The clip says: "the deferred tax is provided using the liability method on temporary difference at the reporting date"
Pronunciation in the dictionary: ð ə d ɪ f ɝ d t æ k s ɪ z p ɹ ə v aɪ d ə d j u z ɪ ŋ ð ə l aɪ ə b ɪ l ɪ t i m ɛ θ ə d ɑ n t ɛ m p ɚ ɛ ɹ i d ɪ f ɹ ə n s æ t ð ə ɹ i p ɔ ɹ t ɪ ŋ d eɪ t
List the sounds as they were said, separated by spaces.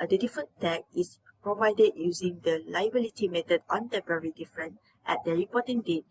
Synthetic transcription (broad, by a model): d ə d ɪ f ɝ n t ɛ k ɪ s p ɹ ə v aɪ d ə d j u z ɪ ŋ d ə l aɪ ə b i l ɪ t i m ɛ t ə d ɑ n t ɛ m p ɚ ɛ ɹ i d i f ɹ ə n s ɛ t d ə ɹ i p ɔ t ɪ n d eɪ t